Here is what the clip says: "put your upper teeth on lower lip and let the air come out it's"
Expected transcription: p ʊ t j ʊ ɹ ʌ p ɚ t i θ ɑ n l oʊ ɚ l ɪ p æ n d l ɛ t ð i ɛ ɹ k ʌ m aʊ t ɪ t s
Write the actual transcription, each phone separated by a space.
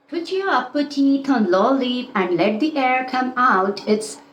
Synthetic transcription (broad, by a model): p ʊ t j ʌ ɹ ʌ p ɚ t i t ɑ n l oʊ l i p æ n d l ɛ t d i ɛ ɹ k ʌ m aʊ t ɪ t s